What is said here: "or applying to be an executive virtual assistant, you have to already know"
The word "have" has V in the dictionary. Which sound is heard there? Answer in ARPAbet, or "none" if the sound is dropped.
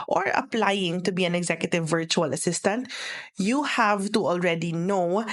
V